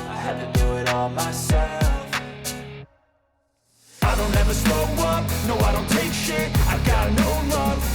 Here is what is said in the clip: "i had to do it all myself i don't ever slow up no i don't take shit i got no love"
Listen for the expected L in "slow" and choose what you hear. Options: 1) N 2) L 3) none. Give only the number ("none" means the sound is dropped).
3